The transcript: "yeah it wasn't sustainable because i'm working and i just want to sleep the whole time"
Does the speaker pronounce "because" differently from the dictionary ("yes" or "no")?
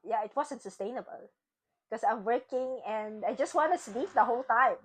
yes